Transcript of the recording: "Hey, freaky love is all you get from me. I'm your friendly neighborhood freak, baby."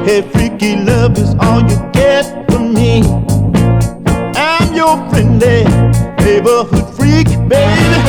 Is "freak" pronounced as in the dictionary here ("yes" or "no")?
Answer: yes